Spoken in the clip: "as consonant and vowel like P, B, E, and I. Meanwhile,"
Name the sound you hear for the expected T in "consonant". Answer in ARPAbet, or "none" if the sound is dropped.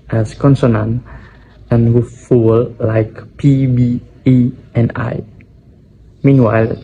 none